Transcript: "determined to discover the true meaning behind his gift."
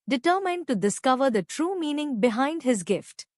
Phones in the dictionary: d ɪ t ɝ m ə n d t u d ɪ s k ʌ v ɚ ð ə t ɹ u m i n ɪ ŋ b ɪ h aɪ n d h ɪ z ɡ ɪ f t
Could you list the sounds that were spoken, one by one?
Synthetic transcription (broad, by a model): d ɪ t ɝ m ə n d t u d ɪ s k ʌ v ɚ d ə t ɹ u m i n ɪ ŋ b ɪ h aɪ n d h ɪ z ɡ ɪ f t